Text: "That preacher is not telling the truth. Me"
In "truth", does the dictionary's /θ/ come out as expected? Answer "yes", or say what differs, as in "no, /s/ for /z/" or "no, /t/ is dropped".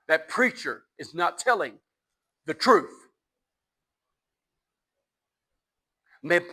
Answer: yes